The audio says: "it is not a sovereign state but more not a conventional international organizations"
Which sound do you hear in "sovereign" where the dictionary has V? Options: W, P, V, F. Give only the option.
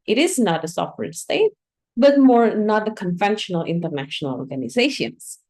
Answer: W